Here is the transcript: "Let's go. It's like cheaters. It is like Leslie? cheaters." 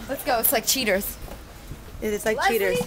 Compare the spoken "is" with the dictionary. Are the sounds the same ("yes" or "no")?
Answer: no